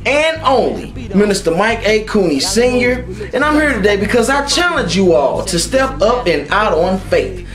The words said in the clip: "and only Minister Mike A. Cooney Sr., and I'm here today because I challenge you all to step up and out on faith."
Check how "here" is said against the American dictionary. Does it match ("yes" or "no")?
yes